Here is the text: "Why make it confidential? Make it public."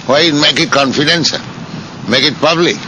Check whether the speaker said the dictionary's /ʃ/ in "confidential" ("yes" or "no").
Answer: no